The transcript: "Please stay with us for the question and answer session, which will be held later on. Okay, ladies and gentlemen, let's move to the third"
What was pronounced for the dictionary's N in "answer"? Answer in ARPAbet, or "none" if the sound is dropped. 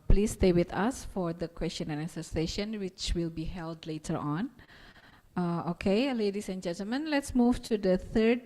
none